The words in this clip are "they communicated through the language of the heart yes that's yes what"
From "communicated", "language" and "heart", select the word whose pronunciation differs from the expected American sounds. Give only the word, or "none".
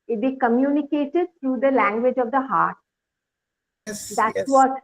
none